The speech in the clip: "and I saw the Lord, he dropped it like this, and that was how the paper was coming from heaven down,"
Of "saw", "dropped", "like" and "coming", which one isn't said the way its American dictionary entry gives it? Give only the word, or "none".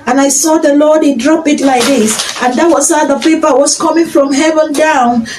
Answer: dropped